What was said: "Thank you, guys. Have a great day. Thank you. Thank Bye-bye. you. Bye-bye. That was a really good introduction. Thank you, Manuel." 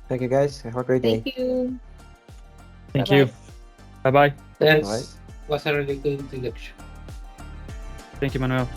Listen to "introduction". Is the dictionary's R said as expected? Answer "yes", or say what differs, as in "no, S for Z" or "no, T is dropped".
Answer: no, R is dropped